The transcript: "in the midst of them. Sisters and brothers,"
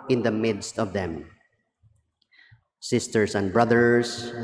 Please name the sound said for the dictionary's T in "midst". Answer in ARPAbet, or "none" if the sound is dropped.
T